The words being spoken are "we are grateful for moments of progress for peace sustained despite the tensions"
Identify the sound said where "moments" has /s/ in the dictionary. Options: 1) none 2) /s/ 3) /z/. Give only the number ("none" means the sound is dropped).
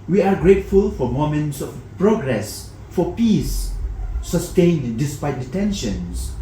2